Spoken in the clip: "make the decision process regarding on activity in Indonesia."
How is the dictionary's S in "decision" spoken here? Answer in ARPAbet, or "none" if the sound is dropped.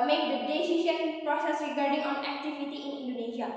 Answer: SH